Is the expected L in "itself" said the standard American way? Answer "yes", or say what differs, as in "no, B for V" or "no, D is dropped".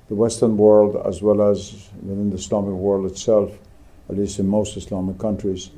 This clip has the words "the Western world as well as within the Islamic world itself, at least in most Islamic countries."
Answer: yes